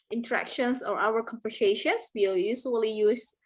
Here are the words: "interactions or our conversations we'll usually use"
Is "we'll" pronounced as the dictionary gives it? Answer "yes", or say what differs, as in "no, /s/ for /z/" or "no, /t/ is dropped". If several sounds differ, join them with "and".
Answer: no, /w/ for /l/